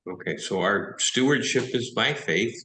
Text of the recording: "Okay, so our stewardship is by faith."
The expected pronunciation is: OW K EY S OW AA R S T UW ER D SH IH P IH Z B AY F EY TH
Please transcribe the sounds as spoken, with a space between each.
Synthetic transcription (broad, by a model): OW K EY S OW AA R S T UW ER D SH IH P IH Z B AY F EY TH